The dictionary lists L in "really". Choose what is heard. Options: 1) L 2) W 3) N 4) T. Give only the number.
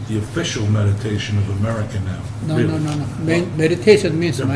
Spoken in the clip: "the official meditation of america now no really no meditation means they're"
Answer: 3